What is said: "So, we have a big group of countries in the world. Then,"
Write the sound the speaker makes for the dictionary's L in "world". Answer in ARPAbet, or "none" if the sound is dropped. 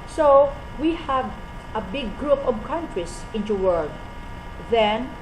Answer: none